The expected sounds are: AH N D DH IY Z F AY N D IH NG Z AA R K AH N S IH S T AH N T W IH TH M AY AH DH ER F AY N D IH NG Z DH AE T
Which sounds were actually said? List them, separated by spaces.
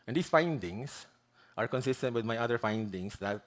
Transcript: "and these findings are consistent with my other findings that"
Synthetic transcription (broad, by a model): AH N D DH IY S F AY N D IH NG S AA R K AH N S IH S T AH N T W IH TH M AY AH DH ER F AY N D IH NG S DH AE T